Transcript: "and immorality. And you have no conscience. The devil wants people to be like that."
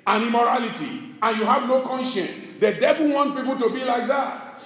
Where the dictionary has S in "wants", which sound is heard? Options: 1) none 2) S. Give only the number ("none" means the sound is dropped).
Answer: 1